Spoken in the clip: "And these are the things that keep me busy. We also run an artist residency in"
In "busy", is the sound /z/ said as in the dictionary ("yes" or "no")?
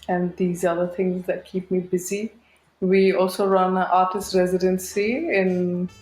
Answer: yes